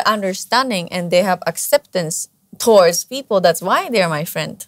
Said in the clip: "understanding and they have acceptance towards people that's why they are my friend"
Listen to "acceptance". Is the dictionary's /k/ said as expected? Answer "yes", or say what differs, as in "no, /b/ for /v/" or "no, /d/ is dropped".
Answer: yes